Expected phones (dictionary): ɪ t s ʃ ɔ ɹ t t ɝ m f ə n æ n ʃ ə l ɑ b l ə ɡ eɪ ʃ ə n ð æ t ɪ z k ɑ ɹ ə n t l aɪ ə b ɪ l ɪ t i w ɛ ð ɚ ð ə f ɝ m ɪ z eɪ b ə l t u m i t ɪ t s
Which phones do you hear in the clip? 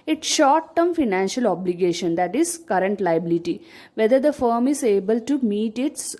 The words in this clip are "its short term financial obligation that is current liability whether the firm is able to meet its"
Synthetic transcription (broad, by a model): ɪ t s ʃ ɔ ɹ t t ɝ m f ə n æ n ʃ ə l ɑ b l ə ɡ eɪ ʃ ə n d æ t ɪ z k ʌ ɹ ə n t l aɪ ə b ɪ l ɪ t i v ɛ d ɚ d ə f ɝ m ɪ z eɪ b ə l t u m i t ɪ t s